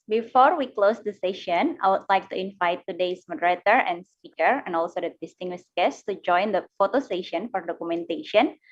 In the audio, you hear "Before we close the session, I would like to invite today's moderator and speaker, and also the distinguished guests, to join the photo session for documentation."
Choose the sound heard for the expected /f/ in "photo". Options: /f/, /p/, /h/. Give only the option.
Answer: /f/